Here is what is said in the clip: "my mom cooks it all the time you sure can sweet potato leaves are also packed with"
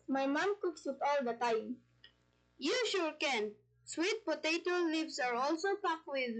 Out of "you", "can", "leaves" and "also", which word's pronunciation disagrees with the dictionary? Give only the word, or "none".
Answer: leaves